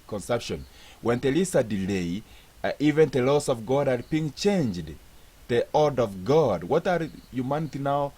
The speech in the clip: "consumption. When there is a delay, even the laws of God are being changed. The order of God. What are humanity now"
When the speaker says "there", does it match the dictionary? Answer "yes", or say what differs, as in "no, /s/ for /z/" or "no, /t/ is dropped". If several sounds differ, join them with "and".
no, /l/ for /ɹ/